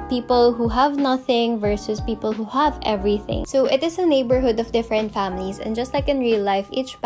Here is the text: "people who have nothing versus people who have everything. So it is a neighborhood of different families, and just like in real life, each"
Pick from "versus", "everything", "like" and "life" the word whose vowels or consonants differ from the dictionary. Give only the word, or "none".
none